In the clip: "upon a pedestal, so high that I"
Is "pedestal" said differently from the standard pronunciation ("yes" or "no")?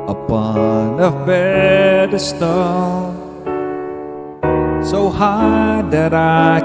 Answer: yes